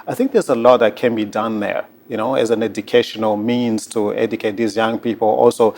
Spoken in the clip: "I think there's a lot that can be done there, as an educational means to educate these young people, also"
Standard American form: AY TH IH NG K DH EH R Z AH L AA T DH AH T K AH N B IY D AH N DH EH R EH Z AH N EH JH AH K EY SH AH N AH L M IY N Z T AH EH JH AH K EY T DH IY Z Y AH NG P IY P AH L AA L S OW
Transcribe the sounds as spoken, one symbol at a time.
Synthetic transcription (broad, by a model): AY TH IH NG K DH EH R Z AH L AA T DH AH T K AH N B IY D AH N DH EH R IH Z AH N EH JH AH K EY SH AH N AH L M IY N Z T AH EH JH AH K EY T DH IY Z Y AH NG P IY P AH L AA L S OW